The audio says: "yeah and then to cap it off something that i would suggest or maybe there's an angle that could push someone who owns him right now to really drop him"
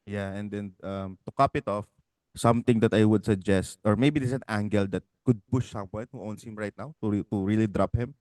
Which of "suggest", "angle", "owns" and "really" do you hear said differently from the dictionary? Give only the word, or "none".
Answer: owns